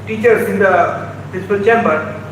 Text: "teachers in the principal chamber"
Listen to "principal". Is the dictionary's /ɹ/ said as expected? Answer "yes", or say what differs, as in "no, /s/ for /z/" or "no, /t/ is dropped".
no, /ɹ/ is dropped